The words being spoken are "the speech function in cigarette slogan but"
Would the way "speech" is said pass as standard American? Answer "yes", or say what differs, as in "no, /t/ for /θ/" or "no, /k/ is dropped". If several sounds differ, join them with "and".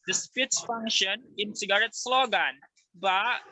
no, /s/ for /tʃ/